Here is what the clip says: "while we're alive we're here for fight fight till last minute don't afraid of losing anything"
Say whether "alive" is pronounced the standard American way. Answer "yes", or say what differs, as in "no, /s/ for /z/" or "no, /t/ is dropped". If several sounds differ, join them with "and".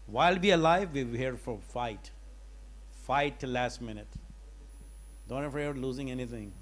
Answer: yes